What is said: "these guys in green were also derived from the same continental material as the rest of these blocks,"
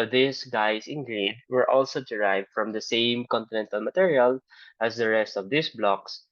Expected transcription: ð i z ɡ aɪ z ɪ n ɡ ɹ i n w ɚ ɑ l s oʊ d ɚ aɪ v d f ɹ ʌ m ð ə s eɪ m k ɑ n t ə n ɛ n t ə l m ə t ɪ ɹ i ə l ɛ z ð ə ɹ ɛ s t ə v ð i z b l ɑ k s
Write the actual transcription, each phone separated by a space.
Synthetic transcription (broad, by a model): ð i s ɡ aɪ s ɪ n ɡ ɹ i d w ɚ ɑ l s oʊ d ɚ aɪ v d f ɹ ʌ m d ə s eɪ m k ɑ n t ə n ɛ n t ə l m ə t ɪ ɹ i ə l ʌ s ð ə ɹ ɛ s t ə v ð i s b l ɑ k s